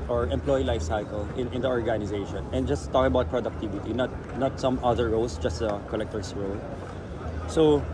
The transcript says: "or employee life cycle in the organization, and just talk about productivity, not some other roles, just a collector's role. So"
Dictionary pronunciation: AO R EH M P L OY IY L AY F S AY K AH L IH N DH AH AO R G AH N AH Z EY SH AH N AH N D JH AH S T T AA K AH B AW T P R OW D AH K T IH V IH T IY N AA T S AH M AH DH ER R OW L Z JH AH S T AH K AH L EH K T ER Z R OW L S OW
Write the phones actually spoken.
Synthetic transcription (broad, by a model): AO R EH M P L OY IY L AY F S AY K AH L IH N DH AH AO R G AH N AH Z EY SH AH N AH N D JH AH S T T AA K AH B AW T P R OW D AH K T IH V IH T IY N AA T S AH M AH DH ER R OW L S JH AH S T AH K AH L EH K T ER S R OW L S OW